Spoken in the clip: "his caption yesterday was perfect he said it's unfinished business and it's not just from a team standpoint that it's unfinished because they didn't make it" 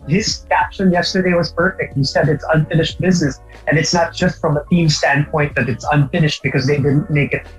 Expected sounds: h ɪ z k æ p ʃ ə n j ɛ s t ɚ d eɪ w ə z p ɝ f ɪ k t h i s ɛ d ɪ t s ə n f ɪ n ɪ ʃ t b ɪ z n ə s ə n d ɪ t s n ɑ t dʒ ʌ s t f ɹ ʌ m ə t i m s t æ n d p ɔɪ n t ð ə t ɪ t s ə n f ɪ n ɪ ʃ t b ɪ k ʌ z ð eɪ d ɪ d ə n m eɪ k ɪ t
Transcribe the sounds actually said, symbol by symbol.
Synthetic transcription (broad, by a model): h ɪ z k æ p ʃ ə n j ɛ s t ɚ d eɪ w ə z p ɝ f ɪ k t h i s ɛ d ɪ t s ə n f ɪ n ɪ ʃ t b ɪ z n ə s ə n ɪ t s n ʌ t dʒ ʌ s t f ɹ ʌ m ə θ i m s t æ n p ɔɪ n ð ə t ɪ t s ə n f ɪ n ɪ ʃ t b ɪ k ʌ z ð eɪ d ɪ d n m eɪ k ɪ t